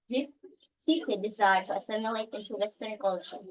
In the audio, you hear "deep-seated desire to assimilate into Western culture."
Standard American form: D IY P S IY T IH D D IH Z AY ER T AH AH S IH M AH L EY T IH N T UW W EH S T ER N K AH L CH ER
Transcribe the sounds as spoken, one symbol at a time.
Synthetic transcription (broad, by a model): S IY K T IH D D IH Z AY ER T AH AH S IH M AH L EY T IH N T UW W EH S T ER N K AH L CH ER